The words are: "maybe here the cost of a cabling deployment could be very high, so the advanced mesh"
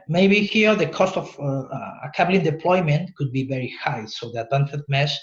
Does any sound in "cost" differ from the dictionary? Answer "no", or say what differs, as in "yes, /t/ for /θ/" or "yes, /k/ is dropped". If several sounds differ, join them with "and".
no